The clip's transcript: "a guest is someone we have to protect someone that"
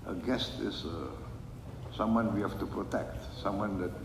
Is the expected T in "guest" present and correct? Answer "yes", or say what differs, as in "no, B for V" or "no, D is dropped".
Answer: yes